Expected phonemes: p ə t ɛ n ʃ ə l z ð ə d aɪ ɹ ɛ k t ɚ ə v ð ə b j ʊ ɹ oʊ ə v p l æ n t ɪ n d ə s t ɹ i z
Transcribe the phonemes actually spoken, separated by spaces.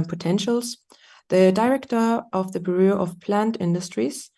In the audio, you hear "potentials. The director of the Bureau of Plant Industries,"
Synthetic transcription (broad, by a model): p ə t ɛ n ʃ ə l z ð ə d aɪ ɹ ɛ k t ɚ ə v ð ə b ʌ ɹ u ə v p l æ n t ɪ n d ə s t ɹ i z